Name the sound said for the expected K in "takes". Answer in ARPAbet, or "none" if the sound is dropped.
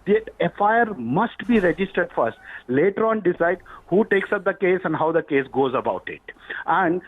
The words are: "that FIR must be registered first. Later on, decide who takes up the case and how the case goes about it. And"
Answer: K